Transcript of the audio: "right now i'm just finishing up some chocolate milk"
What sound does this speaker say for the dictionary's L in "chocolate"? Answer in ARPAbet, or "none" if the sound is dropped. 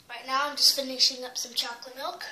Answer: L